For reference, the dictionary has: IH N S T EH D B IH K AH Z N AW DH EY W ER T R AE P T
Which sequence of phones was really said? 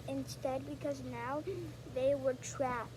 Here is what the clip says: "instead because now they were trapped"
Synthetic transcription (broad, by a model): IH N S T EH D B IH K AH Z N AW DH EY W ER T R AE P